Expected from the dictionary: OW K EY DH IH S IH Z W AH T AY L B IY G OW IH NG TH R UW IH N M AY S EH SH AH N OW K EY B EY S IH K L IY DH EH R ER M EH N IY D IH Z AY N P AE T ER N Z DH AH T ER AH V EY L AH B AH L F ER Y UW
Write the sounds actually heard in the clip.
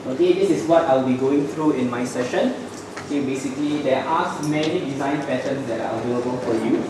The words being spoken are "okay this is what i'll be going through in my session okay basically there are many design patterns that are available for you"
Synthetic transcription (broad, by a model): OW K EY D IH S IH S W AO T AY L B IY G OW IH NG T R UW IH N M AY S EH SH AH N OW K EY B EY S IH K L IY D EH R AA M EH N IY D IH Z AY N P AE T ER N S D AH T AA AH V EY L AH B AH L F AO Y UW